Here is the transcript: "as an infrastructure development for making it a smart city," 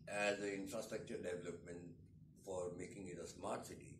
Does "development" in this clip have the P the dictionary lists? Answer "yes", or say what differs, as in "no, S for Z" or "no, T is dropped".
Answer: yes